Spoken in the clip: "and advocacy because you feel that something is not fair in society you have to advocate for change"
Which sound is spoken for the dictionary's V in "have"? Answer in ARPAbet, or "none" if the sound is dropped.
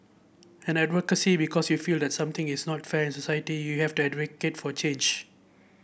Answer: F